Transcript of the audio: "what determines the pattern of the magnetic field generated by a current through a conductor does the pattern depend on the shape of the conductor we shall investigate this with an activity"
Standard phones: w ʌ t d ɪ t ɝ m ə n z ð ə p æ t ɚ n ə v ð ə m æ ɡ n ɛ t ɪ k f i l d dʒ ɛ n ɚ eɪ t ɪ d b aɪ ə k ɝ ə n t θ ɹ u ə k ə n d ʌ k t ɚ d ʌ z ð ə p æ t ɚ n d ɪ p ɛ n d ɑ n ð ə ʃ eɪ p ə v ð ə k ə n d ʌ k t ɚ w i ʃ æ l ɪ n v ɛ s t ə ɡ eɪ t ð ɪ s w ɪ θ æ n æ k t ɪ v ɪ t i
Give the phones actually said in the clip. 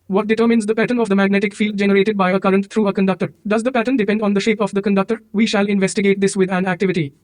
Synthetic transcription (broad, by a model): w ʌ t d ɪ t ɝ m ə n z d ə p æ t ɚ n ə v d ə m æ ɡ n ɛ t ɪ k f i l d dʒ ɛ n ɚ eɪ t ɪ d b aɪ ə k ɝ ə n t t ɹ u ə k ə n d ʌ k t ɚ d ʌ z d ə p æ t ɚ n d ɪ p ɛ n d ɑ n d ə ʃ eɪ p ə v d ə k ə n d ʌ k t ɚ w i ʃ æ l ɪ n v ɛ s t ə ɡ eɪ t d ɪ s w ɪ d æ n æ k t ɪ v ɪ t i